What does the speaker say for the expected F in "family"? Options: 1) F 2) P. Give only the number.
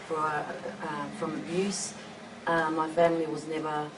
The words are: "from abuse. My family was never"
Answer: 1